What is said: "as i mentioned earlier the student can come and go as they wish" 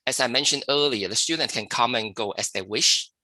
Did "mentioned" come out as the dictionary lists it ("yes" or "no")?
yes